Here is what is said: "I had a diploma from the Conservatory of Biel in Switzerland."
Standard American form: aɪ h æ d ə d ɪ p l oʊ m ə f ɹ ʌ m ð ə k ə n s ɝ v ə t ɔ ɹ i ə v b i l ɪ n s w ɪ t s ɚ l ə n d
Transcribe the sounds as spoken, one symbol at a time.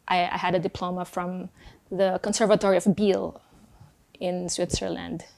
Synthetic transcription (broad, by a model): aɪ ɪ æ d ə d ɪ p l oʊ m ə f ɹ ʌ m ð ə k ə n s ɝ v ə t ɔ ɹ i ə v b i l ɪ n s w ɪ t s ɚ l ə n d